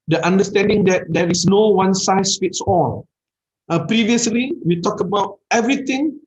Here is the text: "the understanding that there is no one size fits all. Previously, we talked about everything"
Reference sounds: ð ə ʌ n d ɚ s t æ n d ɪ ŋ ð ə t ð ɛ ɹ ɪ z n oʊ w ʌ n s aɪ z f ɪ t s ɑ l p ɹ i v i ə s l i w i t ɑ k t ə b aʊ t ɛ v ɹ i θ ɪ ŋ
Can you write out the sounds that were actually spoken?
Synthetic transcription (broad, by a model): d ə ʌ n d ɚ s t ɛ n d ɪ ŋ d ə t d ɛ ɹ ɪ s n oʊ w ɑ n s aɪ s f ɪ t s ɑ l p ɹ i v i ə s l i w i t ɑ k ə b aʊ t ɛ v ɹ i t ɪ ŋ